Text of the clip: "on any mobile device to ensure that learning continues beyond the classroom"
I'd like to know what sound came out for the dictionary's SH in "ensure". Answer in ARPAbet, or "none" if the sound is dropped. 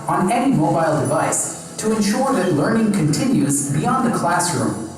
SH